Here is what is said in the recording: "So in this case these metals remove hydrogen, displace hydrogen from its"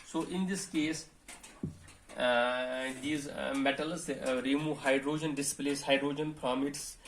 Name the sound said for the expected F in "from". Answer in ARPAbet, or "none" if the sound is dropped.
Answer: P